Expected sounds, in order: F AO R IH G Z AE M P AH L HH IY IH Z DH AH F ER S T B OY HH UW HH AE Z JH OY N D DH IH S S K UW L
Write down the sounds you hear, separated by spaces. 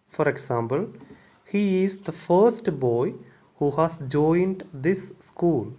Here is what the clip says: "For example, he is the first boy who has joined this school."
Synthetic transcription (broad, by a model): F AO R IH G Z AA M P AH L HH IY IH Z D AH F ER S T B OY HH UW HH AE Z JH OY N D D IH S S K UW L